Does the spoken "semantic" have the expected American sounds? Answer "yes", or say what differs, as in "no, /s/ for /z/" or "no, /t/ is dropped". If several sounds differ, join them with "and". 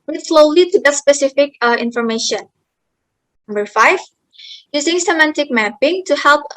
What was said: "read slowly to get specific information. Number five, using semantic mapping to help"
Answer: yes